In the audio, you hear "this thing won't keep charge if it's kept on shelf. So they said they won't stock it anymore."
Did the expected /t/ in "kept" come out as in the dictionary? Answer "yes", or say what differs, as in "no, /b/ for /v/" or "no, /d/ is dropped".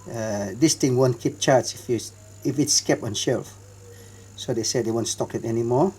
no, /t/ is dropped